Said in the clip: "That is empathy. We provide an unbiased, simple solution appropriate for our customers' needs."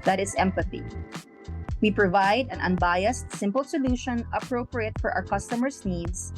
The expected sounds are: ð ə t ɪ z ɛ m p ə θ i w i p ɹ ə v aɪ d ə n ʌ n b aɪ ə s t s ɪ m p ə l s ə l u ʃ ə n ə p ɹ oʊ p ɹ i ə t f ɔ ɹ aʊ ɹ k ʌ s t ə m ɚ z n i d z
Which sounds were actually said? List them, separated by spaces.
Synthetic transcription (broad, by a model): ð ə t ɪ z ɛ m p ə θ i w i p ɹ ə v aɪ d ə n ʌ n b aɪ ə s t s ɪ m p ə l s ə l u ʃ ə n ə p ɹ oʊ p ɹ i ə t f ɔ ɹ aʊ ɹ k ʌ s t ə m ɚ s n i d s